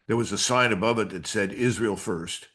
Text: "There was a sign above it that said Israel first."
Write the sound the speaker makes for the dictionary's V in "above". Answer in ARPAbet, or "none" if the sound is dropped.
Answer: V